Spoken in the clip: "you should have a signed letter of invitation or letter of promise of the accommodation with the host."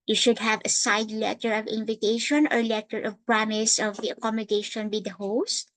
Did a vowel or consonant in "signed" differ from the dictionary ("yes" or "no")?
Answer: yes